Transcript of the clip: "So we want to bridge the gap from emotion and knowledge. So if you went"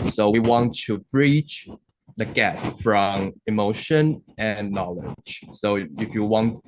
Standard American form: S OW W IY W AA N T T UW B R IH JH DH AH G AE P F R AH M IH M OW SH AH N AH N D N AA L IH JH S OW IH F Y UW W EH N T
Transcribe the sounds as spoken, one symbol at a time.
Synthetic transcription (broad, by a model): S OW W IY W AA N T T UW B R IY CH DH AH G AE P F R AH M IH M OW SH AH N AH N N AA L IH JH S OW IH F Y UW W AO N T